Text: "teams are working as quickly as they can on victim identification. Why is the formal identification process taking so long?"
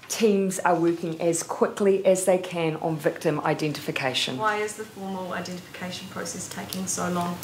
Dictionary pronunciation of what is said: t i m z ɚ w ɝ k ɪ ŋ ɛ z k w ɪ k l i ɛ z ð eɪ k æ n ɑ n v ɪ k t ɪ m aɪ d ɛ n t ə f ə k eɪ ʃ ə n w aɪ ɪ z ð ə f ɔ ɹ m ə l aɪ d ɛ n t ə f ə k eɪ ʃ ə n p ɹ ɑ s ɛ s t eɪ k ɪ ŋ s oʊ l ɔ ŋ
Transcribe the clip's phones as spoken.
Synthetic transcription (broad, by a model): t i m z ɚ w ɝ k ɪ ŋ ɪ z k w ɪ k l i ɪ z ð eɪ k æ n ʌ n v ɪ k t ɪ m aɪ d ɛ n t ə f ə k eɪ ʃ ə n w aɪ ɪ z ð ə f ɔ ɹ m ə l aɪ d ɛ n t ə f ə k eɪ ʃ ə n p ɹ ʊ s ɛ s t eɪ k ɪ ŋ s oʊ l ɔ ŋ